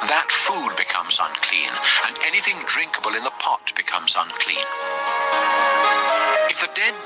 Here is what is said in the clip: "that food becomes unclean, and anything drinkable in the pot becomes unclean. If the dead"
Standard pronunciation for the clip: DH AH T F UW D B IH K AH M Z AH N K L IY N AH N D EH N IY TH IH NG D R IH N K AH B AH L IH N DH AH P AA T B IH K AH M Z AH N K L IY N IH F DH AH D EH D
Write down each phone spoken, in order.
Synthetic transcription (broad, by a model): DH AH T F UW D B IH K AH M Z AH N K L IY N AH N EH N IY TH IH NG D R IH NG K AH B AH L IH N DH AH P AA T B IH K AH M Z AH N K L IY N IH F DH AH D EH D